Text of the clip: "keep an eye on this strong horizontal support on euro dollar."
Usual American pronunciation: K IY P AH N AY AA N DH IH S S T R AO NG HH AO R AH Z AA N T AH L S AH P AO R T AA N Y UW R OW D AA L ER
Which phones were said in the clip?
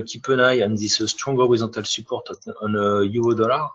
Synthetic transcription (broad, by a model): K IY P AH N AY AA N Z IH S S T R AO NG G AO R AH Z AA T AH L S AH P AO R T AA N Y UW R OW D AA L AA